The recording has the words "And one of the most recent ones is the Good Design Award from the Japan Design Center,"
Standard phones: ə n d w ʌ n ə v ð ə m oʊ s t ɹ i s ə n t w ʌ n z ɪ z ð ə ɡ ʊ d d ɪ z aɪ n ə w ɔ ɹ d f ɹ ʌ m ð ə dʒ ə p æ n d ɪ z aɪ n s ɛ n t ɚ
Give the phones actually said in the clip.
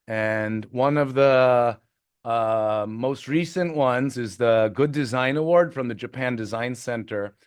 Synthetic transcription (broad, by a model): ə n w ʌ n ə v ð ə m oʊ s t ɹ i s ə n t w ʌ n z ɪ z ð ə ɡ ʊ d d ɪ z aɪ n ə w ɔ ɹ d f ɹ ʌ m ð ə dʒ ə p æ n d ɪ z aɪ n s ɛ n t ɚ